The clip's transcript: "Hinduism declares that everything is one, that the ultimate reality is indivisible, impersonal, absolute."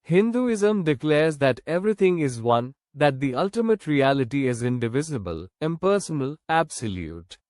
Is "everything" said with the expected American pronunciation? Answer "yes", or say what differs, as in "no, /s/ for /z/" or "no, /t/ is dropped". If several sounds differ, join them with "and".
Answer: no, /t/ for /θ/